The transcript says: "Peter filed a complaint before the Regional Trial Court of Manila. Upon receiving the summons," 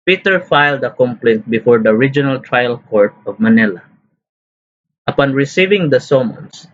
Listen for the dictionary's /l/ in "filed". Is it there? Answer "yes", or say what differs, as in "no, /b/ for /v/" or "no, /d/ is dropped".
yes